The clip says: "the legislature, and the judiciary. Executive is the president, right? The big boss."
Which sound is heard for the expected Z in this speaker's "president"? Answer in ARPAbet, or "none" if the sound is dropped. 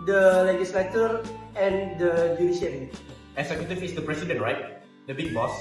S